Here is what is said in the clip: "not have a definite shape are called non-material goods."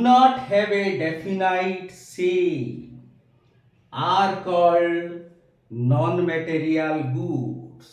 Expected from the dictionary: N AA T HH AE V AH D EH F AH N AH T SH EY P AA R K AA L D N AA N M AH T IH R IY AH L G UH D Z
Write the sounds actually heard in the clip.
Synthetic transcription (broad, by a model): N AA T HH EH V AH D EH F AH N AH T S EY AA R K AA L D N AA N M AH T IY R IY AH L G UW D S